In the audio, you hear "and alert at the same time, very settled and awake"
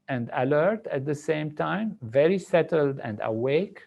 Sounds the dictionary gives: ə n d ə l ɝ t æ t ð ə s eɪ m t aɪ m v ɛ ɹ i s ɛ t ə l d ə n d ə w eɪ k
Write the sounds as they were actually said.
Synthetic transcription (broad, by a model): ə n d ə l ɝ t æ t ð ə s eɪ m t aɪ m v ɛ ɹ i s ɛ t ə l d ə n d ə w eɪ k